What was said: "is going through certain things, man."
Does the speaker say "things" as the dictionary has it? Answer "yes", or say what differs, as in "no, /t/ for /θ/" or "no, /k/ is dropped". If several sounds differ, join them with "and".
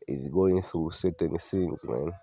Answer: no, /s/ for /θ/